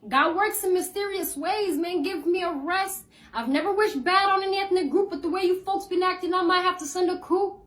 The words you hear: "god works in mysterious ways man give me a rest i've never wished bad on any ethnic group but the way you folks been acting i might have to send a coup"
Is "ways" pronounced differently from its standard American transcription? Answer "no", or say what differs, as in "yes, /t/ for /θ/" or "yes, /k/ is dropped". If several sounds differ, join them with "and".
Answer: no